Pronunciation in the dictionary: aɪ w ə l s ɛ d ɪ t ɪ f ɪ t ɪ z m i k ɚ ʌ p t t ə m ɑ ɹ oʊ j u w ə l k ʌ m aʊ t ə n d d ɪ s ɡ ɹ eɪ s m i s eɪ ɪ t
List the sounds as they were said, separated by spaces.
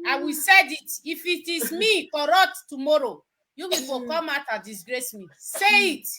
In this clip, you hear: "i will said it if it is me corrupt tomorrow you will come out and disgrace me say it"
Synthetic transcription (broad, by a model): aɪ w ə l s ɛ d ɪ t ɪ f ɪ t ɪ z m i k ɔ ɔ t t ə m ɑ ɹ oʊ j u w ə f k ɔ m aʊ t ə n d d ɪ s ɡ ɹ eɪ s m i s eɪ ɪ t